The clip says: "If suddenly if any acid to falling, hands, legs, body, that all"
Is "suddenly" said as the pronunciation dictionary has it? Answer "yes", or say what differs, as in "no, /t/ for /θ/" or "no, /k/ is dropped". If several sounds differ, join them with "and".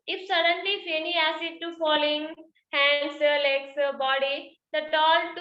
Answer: yes